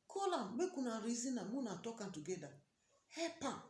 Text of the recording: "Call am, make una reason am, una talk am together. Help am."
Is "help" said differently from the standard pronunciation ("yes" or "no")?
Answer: yes